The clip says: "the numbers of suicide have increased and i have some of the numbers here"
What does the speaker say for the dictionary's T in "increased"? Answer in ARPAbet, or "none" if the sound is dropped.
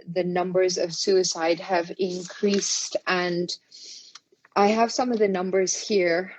T